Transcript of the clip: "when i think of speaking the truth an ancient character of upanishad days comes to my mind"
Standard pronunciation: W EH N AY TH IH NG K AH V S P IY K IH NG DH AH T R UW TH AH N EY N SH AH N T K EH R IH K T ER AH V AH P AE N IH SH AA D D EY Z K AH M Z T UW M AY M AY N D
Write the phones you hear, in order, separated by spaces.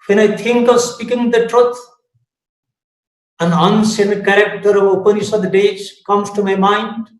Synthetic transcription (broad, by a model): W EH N AY T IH NG K AH V S P IY K IH NG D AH T R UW T AH N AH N S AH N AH K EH R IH K T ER AH V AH P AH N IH S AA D D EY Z K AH M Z T UW M AY M AY N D